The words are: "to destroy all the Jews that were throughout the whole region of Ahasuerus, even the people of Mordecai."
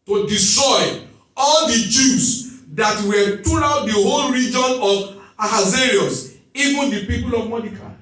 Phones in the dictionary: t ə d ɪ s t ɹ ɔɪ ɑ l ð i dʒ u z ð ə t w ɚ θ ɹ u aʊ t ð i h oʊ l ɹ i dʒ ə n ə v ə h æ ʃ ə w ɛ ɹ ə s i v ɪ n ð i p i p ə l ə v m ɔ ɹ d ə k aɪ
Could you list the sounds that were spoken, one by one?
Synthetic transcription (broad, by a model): t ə d ɪ s t ɹ ɔɪ ɑ l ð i dʒ u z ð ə t w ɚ t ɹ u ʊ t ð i h oʊ l ɹ i dʒ ə n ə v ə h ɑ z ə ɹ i ə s i v ɪ n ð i p i p ə l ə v m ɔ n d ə k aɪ